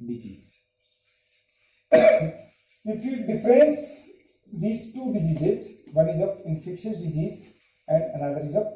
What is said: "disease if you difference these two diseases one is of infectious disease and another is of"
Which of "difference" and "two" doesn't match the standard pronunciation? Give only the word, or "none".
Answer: none